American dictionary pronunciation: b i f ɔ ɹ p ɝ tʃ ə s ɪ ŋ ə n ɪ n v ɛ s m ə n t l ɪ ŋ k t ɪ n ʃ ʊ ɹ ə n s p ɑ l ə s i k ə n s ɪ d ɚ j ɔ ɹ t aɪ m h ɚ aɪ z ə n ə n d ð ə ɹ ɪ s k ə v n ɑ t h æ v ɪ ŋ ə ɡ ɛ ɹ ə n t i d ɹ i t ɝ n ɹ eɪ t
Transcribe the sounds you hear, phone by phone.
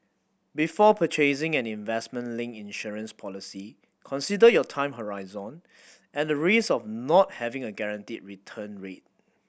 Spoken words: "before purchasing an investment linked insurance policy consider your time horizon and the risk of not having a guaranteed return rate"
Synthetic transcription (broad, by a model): b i f ɔ p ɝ tʃ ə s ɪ ŋ ə n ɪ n v ɛ s m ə n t l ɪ ŋ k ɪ n ʃ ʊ ɹ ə n s p ɑ l ə s i k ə n s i d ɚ j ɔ t aɪ m h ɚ aɪ z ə n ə n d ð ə ɹ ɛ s ə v n ɑ t h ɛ v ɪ ŋ ə ɡ ɛ ɹ ə n t i d ɹ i t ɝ n ɹ eɪ t